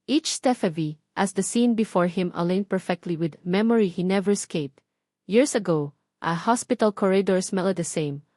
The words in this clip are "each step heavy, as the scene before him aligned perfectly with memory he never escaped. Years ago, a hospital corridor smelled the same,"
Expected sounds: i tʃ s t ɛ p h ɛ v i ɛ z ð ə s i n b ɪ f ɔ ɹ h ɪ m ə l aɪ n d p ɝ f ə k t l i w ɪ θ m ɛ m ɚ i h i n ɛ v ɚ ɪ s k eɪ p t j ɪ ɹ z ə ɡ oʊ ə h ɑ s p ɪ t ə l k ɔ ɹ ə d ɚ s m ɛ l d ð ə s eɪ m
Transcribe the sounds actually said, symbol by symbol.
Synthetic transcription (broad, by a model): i tʃ s t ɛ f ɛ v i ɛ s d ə s i n b ɪ f ɔ ɹ h ɪ m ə l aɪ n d p ɝ f ə k t l i w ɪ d m ɛ m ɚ i h i n ɛ v ɚ ɪ s k eɪ p t j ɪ ɹ s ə ɡ oʊ ə h ɑ s p ɪ t ə l k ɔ ɹ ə d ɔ s m ɛ l d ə s eɪ m